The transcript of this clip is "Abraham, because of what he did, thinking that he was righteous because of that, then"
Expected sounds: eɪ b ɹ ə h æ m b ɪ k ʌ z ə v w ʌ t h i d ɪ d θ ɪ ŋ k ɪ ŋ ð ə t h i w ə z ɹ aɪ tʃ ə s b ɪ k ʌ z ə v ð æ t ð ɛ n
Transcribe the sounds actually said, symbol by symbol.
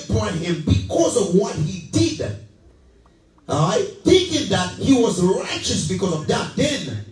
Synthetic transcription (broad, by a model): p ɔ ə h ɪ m b ɪ k ʌ z ə v w ʌ t h i d ɪ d θ ɪ ŋ k ɪ ŋ ð ə t h i w ə z ɹ aɪ tʃ ə s b ɪ k ʌ z ə v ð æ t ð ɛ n